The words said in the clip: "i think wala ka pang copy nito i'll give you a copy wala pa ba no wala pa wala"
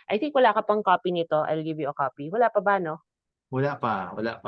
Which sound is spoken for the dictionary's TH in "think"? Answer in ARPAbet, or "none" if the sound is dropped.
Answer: S